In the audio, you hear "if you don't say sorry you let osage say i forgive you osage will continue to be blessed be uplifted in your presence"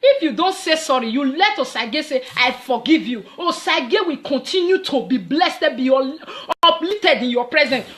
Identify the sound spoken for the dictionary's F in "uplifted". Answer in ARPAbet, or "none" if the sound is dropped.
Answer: none